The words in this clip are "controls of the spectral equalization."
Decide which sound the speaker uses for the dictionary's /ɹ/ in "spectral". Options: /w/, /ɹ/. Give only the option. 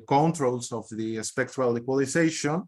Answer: /w/